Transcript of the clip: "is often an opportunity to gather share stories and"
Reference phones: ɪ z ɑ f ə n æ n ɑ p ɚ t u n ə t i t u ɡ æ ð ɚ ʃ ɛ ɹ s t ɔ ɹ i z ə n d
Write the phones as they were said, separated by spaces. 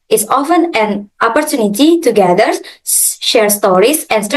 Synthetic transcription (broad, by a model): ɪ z ɑ f ə n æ n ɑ p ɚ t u n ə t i t u ɡ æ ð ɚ ʃ ɛ ɹ s t ɔ ɹ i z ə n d